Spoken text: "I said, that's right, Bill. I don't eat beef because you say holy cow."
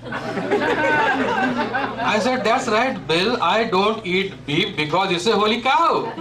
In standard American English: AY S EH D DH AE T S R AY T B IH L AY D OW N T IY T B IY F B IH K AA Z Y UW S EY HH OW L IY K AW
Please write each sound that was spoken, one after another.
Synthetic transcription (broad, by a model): AY S EH D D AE T S R AY T B IH L AY D OW N T IY T B IY P B IH K AA Z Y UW S EY HH OW L IY K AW